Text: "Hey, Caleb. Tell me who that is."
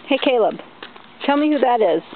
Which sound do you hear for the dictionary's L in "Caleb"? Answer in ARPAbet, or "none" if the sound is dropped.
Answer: L